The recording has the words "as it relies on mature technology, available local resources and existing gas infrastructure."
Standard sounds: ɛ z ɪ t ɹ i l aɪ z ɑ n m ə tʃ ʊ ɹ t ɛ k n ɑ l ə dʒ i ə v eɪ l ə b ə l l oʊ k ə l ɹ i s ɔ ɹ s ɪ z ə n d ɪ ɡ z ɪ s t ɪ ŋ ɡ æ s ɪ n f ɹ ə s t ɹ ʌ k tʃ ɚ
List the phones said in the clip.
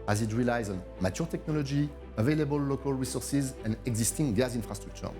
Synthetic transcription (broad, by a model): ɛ z ɪ t ɹ i l aɪ z ɑ n m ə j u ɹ t ɛ k n ɑ l ə dʒ i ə v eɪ l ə b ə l l oʊ k ə l ɹ i s ɔ ɹ s ɪ z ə n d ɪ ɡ z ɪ s t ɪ ŋ ɡ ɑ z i n f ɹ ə s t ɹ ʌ k tʃ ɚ